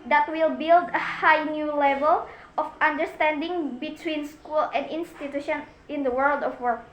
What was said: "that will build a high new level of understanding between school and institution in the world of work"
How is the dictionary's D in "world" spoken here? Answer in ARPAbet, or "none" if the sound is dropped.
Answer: D